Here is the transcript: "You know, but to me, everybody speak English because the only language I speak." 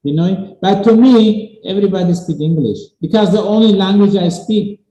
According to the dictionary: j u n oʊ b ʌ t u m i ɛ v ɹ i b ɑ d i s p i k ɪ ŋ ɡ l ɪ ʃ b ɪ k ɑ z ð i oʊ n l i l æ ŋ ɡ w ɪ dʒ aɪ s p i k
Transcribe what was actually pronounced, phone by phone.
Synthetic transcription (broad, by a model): j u n oʊ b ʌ t u m i ɛ v ɹ i b ɑ d i s p i k ɪ ŋ ɡ l ɪ ʃ b ɪ k ɑ z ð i oʊ n l i l æ ŋ ɡ w ɪ dʒ aɪ s p i k